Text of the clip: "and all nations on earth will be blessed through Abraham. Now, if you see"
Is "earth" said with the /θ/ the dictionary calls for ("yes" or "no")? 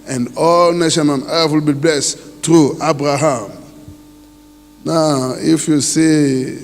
no